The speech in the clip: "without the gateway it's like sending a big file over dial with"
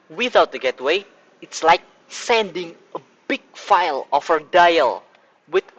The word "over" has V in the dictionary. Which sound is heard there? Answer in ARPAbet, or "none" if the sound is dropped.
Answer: F